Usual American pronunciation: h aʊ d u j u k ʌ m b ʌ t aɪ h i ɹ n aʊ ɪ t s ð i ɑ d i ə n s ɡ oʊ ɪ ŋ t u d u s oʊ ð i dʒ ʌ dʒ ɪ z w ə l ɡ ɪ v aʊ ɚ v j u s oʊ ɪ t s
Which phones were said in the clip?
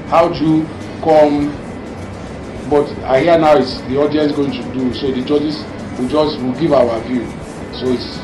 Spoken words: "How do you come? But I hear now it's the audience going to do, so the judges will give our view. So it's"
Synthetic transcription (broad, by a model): h aʊ d u j u k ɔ m b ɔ t aɪ h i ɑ n aʊ ɪ t s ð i ɑ d i ə n s ɡ oʊ ɪ ŋ t u d u s oʊ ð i dʒ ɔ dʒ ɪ s w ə w ɡ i v aʊ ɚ v j u s oʊ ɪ t s